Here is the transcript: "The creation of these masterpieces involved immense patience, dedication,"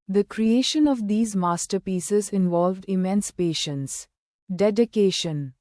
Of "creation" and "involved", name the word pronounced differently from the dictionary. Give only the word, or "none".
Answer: none